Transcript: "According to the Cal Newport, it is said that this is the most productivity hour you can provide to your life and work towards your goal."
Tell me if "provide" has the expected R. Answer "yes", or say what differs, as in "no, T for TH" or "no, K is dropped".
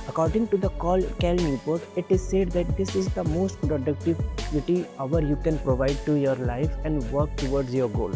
yes